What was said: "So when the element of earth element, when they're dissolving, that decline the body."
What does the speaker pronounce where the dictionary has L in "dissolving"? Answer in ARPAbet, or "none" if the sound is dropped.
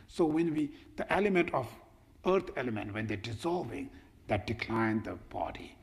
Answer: L